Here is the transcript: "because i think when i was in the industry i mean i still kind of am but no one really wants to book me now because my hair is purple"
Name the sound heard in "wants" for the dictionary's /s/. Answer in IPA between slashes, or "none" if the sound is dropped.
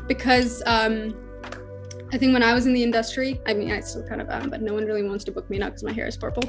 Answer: /s/